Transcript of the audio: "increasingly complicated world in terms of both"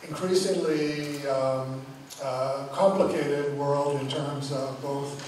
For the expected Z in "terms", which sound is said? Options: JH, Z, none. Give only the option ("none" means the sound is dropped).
Z